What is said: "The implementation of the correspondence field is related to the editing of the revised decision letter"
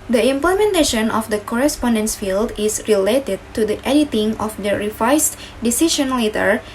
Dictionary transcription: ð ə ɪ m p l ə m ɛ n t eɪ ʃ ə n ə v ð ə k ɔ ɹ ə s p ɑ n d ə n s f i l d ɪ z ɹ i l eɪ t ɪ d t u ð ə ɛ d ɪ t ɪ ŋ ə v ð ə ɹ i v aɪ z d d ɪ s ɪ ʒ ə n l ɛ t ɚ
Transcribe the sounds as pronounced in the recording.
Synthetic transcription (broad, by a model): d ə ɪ m p l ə m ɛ n t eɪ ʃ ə n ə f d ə k ɔ ɹ ə s p ɑ n d ə n s f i l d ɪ s ɹ i l eɪ t ɪ d t u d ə ɛ d ɪ t ɪ ŋ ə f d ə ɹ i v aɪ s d d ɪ s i ʃ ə n l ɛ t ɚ